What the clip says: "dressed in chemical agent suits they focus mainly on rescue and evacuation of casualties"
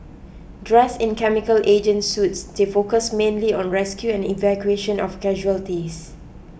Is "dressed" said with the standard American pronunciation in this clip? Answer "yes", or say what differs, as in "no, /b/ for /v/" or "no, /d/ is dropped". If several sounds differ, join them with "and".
no, /t/ is dropped